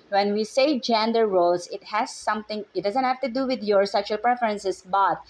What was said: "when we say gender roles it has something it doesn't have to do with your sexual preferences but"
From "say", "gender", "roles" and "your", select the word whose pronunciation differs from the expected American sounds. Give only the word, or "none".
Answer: roles